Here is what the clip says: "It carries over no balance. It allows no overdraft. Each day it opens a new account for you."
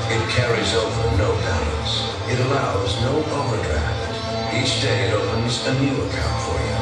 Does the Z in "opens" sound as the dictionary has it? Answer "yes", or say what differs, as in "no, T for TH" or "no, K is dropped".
yes